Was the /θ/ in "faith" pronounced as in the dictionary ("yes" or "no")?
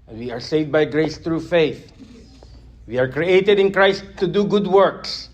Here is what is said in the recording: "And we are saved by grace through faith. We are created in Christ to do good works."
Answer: yes